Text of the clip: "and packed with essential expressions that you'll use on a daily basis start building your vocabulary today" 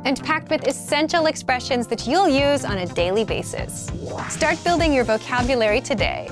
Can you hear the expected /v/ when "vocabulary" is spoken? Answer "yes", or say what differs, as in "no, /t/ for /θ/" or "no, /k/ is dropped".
yes